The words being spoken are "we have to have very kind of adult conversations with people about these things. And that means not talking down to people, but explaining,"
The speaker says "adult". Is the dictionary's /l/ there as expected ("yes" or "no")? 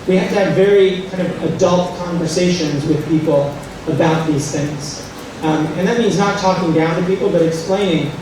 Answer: yes